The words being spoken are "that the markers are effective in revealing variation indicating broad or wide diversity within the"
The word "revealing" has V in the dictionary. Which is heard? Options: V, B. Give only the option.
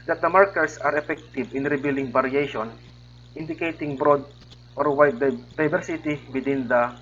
B